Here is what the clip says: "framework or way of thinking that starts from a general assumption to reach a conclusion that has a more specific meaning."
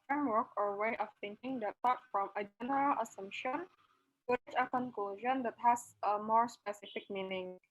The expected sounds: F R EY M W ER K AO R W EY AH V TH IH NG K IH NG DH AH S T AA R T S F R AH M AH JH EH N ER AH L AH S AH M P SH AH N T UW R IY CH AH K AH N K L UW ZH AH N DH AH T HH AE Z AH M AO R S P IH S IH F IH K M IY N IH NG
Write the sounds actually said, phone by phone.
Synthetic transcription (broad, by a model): F R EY M W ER K AO R W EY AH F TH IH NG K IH NG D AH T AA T F R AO M AH JH EH N ER AH L AH S AH M P SH AH N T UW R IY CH AH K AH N K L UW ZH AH N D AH T HH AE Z AH M AO R S P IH S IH F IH K M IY N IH NG